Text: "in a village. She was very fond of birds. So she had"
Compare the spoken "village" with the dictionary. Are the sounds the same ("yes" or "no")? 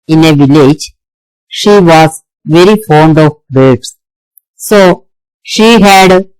yes